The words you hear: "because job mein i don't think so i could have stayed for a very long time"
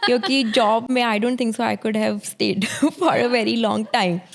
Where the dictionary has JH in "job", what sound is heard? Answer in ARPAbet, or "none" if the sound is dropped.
JH